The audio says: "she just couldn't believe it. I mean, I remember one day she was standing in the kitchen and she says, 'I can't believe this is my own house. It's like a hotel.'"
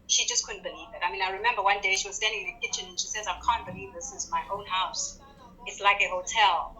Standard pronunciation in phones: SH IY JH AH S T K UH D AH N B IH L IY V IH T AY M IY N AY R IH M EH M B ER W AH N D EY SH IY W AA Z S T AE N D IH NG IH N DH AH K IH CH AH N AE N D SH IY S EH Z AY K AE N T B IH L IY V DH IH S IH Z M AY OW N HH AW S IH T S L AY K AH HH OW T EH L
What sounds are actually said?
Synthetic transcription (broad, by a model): SH IY JH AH S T K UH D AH N B IH L IY V IH T AY M IY N AY R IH M EH M B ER W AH N D EY SH IY W AA Z S T AE N D IH NG IH N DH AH K IH CH AH N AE N SH IY S EH Z AY K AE N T B IH L IY V DH IH S IH Z M AY OW N HH AW S IH T S L AY K AH HH OW T EH L